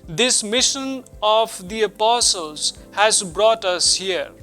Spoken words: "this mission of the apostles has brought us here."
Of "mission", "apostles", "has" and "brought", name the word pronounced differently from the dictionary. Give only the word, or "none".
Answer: none